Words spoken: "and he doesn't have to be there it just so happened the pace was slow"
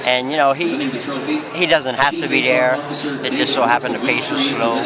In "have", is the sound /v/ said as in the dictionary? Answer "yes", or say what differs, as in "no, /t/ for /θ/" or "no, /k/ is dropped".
no, /f/ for /v/